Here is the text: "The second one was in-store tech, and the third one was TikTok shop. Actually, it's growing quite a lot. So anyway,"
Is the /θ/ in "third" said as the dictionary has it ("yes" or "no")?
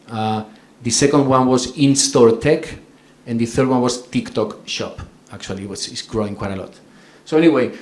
yes